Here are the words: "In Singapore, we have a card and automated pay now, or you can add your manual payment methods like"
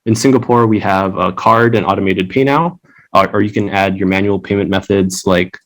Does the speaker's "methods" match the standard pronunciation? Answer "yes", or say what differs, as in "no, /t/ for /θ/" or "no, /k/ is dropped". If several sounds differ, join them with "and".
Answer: yes